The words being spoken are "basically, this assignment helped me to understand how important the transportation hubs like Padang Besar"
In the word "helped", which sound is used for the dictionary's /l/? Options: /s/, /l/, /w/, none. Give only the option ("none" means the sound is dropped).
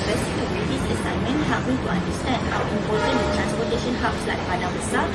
none